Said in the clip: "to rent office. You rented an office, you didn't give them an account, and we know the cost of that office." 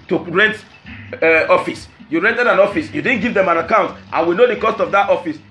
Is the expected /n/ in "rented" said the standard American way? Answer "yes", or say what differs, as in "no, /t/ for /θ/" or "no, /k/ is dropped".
yes